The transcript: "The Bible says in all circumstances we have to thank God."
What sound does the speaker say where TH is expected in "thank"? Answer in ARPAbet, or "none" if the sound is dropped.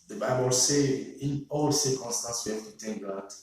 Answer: T